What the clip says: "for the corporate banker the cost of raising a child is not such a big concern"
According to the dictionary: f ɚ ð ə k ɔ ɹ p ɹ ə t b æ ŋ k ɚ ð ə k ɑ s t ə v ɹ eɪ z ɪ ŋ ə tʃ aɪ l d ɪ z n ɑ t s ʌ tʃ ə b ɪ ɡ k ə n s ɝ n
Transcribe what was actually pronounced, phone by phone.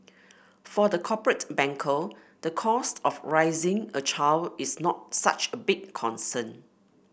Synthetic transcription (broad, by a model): f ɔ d ə k ɔ p ɹ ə t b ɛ ŋ k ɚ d ə k ɑ s t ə f ɹ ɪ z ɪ ŋ ə tʃ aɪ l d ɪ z n ɑ t s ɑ tʃ ə b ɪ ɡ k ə n s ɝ n